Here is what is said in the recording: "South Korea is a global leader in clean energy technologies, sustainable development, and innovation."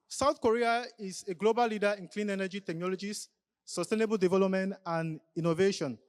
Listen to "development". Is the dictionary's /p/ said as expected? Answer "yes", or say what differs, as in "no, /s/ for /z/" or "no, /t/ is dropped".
yes